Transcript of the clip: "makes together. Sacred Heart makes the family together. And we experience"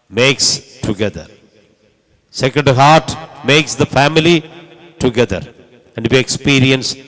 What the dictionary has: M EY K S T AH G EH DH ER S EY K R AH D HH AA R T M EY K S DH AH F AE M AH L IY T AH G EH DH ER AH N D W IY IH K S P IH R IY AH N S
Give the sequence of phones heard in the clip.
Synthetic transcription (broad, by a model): M EY K S T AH G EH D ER S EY K AH D HH AA R T M EY K S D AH F AE M AH L IY T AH G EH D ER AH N D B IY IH K S P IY R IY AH N S